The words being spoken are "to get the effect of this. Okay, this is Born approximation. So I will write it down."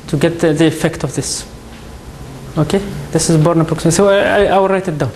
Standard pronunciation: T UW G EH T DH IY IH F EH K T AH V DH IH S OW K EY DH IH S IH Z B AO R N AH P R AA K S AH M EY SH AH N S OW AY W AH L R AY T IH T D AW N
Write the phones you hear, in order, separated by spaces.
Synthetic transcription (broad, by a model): T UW G EH T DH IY IH F EH K T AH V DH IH S OW K EY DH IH S IH Z B AO R N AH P AA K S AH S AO AH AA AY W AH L R AY T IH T D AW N